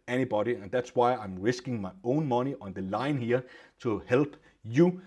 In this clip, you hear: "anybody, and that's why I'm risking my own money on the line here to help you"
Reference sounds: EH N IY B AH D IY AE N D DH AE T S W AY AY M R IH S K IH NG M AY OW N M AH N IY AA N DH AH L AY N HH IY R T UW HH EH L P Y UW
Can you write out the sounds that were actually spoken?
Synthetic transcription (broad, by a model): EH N IY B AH D IY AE N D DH AE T S W AY AY M R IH S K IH NG M AY OW N M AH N IY AA N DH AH L AY N HH IY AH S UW HH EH L B Y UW